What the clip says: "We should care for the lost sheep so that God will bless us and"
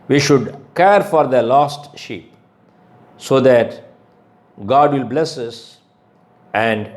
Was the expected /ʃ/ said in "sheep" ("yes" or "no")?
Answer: yes